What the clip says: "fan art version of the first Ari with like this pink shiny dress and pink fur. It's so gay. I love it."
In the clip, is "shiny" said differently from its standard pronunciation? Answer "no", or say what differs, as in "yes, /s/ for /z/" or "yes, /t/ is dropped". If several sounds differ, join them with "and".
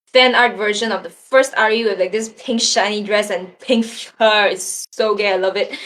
no